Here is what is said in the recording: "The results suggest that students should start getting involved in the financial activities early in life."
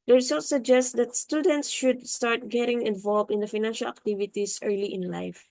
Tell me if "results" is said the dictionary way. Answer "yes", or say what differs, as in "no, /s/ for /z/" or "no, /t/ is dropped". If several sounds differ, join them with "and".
no, /s/ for /z/